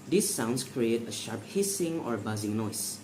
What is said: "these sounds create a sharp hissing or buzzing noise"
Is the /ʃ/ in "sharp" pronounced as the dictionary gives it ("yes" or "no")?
yes